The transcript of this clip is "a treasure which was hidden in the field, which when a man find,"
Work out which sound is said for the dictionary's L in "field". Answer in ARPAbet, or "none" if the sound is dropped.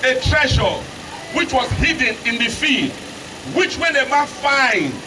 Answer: none